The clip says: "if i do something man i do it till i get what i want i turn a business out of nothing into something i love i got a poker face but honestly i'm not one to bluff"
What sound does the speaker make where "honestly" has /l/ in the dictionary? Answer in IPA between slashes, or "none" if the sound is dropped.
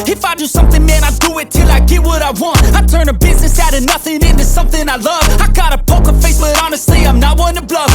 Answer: none